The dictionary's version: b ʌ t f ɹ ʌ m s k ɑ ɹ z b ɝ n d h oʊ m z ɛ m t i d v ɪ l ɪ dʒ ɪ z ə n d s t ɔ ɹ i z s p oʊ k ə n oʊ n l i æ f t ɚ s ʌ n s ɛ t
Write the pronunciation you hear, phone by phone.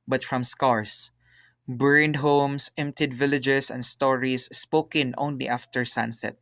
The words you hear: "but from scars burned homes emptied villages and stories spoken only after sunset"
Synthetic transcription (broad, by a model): b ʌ t f ɹ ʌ m s k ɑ ɹ s b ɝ n d h oʊ m s ɛ m t i d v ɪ l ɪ dʒ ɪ s ə n d s t ɔ ɹ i s p oʊ k ə n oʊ n l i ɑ f t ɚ s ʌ n s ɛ t